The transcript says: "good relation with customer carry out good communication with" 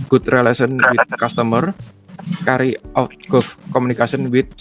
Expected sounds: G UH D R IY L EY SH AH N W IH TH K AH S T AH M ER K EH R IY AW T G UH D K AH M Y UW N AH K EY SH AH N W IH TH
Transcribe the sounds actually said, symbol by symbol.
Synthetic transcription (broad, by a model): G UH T R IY L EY S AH N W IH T K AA S T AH M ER K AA R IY AW T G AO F K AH M UW N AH K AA S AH N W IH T